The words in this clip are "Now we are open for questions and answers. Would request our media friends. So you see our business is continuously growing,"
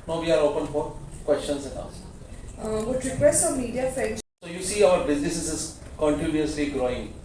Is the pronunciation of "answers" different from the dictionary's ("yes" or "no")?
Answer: yes